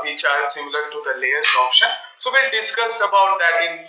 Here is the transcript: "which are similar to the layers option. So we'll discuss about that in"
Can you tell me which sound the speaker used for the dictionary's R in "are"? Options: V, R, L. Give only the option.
L